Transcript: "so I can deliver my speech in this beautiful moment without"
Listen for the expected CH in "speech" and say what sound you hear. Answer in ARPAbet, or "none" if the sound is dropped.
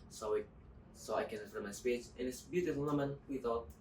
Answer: S